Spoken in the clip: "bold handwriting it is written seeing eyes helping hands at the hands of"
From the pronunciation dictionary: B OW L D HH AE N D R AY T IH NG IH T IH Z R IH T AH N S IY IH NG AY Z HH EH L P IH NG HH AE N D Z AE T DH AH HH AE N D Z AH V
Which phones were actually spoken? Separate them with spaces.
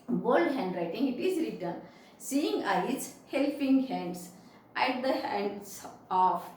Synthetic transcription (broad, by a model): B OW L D HH AE N D R AY T IH NG IH T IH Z R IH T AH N S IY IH NG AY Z HH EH L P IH NG HH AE N D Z AE T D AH HH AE N D S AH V